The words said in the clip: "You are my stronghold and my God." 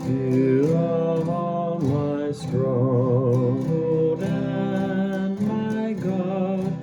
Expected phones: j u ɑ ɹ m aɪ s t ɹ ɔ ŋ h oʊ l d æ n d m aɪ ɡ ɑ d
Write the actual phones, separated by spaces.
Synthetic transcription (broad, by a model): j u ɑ l m aɪ s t ɹ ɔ h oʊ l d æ n m aɪ ɡ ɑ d